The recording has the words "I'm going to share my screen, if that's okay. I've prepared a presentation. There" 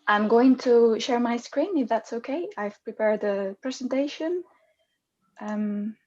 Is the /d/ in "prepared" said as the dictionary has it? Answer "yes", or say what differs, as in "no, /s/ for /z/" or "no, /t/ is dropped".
yes